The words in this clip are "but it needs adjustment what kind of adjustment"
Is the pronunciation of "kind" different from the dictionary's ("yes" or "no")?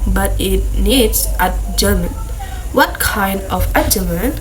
no